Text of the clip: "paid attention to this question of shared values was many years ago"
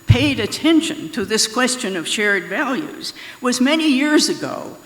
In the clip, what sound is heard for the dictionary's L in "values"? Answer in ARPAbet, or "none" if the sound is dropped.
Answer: L